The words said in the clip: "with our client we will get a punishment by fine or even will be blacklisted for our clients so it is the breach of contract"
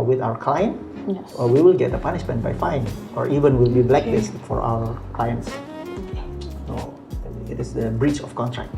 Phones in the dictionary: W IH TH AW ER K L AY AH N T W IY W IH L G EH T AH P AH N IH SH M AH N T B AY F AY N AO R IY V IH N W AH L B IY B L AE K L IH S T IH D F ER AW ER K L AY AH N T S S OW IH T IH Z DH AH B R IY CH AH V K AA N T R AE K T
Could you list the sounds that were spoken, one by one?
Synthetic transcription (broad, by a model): W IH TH AW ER K L AY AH N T W IY W IH L G EH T AH P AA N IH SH M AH N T B AY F AY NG AO R IY V IH N W AH L B IY B L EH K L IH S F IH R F AW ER K L AY AH N T S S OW IH T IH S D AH B R IY CH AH F K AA N T R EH K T